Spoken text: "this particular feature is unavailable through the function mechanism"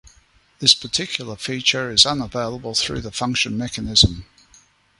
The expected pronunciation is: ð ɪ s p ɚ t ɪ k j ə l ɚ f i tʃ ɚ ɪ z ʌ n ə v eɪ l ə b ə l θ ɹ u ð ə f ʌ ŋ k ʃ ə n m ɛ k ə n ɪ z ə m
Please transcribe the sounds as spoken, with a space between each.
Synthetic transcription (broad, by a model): ð ɪ s p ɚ t ɪ k j l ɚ f i tʃ ɚ ɪ z ʌ n ə v eɪ l ə b ə l θ ɹ u ð ə f ʌ ŋ k ʃ ə n m ɛ k ə n ɪ z ə m